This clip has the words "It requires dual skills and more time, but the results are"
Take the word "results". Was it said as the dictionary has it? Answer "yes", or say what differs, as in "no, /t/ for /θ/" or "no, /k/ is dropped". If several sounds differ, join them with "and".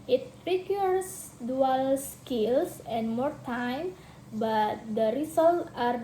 no, /s/ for /z/ and /s/ is dropped